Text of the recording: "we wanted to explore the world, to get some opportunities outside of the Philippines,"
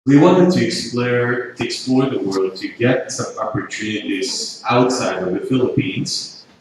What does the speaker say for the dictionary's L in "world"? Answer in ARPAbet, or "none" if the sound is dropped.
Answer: L